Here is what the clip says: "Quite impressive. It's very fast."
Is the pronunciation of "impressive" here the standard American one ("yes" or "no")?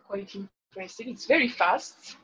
no